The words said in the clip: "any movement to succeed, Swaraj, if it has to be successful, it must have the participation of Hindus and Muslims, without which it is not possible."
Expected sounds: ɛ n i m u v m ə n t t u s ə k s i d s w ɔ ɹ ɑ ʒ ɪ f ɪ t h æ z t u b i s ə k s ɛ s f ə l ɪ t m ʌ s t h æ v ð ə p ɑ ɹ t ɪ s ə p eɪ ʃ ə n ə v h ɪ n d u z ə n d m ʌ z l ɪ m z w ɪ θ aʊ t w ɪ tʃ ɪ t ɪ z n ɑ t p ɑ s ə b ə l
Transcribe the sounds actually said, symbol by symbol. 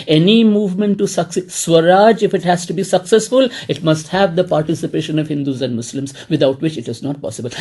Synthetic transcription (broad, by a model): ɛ n i m u v m ə n t t u s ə k s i s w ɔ ɹ ɑ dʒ ɪ f ɪ t h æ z t u b i s ə k s ɛ s f ə l ɪ t m ʌ s t h æ v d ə p ɑ ɹ t ɪ s ə p eɪ ʃ ə n ə v h ɪ n d u z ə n d m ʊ s l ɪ m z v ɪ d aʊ t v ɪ tʃ ɪ t ɪ z n ɑ t p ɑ s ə b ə l